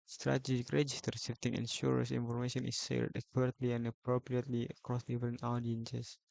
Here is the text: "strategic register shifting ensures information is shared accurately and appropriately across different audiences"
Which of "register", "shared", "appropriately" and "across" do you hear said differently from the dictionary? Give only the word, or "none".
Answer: shared